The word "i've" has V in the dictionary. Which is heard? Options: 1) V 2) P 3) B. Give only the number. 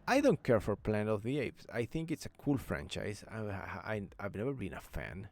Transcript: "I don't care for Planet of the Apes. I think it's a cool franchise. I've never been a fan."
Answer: 1